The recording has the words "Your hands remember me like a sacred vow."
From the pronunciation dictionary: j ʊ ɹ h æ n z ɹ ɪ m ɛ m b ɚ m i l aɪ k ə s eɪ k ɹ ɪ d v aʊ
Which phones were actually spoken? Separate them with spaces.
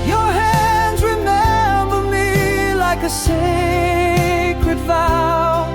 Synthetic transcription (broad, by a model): j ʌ ɹ h æ n z ɹ ɪ m ɛ m b ɚ m i l aɪ k ə s eɪ k ɹ ɪ d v aʊ